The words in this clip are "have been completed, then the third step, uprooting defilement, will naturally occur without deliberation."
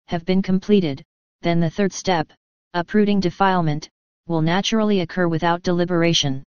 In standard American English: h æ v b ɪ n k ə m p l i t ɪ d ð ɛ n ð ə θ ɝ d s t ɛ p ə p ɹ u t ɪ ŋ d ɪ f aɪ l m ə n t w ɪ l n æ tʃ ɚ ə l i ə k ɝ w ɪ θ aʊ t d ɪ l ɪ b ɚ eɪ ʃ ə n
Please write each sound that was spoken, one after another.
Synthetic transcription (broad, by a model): h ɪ v b ɪ n k ə m p l i t ɪ d ð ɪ n ð ə θ ɝ d s t ɛ p ə p ɹ u t ɪ ŋ d ɪ f aɪ l m ə n t w ɪ l n æ tʃ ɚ l i ə k ɝ w ɪ θ aʊ t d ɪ l ɪ b ɚ eɪ ʃ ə n